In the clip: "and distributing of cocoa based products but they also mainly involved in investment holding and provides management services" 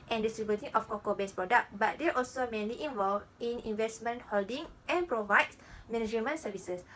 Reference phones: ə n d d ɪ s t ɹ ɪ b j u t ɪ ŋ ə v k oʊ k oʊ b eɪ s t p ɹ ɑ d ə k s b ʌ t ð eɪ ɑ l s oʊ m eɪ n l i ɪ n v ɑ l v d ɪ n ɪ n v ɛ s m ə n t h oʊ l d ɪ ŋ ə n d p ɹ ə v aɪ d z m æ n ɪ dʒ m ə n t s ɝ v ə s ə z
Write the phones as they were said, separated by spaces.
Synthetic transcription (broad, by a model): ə n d d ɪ s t ɹ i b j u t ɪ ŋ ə f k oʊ k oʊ b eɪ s p ɹ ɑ d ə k b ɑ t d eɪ ɑ l s oʊ m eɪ n l i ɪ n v ɑ l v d ɪ n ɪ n v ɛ s m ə n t h oʊ l d ɪ ŋ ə n p ɹ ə v aɪ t m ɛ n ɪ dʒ m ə n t s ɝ v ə s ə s